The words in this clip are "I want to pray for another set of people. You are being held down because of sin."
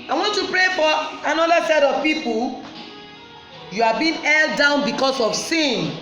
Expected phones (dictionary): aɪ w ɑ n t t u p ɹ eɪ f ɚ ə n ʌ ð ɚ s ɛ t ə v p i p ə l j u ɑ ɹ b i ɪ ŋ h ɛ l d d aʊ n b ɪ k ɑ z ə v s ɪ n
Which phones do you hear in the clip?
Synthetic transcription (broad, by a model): aɪ w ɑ n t t u p ɹ eɪ f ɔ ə n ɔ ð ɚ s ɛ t ə v p i p ə l j u ɑ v b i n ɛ l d d aʊ n b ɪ k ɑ s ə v s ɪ n